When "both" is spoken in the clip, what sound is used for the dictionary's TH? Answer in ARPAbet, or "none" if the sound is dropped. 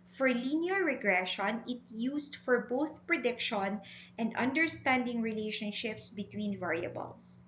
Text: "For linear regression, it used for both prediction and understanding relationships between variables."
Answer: TH